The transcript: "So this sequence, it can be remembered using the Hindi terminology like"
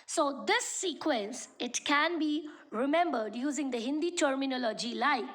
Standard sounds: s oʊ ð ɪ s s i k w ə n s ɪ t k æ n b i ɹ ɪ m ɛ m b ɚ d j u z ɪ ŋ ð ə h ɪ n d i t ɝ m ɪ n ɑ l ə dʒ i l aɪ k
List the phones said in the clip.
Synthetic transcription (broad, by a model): s oʊ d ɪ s s i k w ə n s ɪ t k æ n b i ɹ ɪ m ɛ m b ɚ d j u z ɪ ŋ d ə h ɪ n d i t ɝ m ɪ n ɑ l ə dʒ i l aɪ